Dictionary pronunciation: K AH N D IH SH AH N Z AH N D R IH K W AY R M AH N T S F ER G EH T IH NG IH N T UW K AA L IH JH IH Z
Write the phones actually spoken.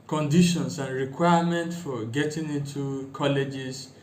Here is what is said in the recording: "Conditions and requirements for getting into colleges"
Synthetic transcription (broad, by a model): K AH N D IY SH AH N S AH N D R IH K W AY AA M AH N T F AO G EH T IH NG IH N T UW K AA L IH JH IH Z